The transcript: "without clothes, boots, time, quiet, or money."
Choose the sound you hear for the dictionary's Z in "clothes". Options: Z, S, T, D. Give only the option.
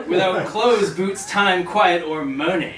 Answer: Z